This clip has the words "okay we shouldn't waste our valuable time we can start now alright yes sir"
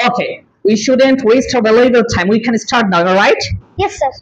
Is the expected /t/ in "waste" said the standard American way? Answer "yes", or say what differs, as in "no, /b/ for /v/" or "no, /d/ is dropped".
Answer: yes